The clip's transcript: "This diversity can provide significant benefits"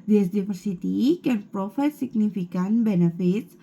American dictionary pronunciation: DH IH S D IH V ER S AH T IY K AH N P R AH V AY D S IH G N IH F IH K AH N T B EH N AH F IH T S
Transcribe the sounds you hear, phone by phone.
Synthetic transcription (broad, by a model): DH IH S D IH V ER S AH T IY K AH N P R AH F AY S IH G N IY F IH K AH N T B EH N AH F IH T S